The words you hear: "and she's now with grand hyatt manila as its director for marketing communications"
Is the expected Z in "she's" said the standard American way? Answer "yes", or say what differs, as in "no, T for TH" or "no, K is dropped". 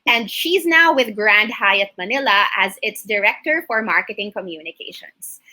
yes